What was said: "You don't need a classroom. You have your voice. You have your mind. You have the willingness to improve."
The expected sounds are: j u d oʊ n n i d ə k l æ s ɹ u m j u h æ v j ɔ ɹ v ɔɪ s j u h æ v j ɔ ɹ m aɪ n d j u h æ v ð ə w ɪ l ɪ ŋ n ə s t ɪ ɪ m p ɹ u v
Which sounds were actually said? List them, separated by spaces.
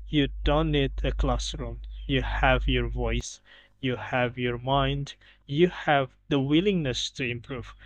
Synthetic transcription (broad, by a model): j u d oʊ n n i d ə k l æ s ɹ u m j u h æ v j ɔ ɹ v ɔɪ s j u h æ v j ɔ ɹ m aɪ n d j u h æ v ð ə w ɪ l ɪ ŋ n ə s t ɪ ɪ m p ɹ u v